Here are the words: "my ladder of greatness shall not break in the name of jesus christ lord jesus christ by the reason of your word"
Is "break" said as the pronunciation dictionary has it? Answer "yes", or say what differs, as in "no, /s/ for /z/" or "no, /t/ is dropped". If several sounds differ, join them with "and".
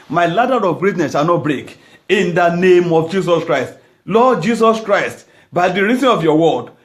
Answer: yes